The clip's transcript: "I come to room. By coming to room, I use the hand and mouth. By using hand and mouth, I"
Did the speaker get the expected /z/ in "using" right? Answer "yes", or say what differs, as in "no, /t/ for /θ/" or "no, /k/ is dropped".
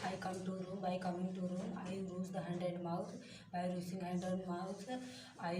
no, /s/ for /z/